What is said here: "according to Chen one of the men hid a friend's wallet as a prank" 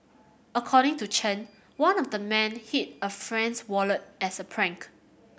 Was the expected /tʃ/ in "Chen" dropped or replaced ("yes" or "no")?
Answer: no